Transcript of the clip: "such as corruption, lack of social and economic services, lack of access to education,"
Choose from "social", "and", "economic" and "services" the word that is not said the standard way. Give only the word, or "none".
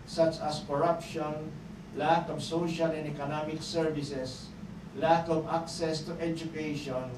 services